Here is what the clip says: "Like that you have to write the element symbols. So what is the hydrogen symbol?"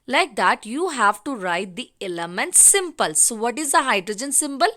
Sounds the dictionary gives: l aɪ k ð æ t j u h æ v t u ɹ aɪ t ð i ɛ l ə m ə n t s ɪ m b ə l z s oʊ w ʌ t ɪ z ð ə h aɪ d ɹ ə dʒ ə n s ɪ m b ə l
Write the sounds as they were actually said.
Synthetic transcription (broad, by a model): l aɪ k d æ t j u h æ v t u ɹ aɪ t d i ɛ l ə m ə n t s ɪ m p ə l s oʊ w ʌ t ɪ z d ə h aɪ d ɹ ə dʒ ə n s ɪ m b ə l